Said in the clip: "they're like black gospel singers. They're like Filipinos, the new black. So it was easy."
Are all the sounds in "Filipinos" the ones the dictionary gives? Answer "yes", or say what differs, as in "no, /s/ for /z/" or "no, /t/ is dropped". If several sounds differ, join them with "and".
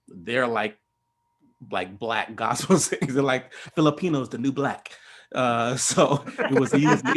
yes